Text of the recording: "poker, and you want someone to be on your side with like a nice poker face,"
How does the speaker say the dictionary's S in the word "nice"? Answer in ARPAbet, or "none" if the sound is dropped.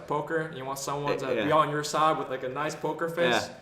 S